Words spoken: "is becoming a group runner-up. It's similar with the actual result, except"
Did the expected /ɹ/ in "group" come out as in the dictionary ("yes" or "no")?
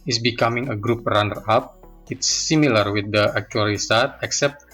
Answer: yes